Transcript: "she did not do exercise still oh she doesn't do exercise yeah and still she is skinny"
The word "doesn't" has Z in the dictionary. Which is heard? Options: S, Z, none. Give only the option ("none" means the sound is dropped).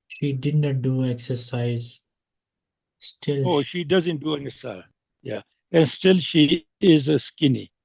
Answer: Z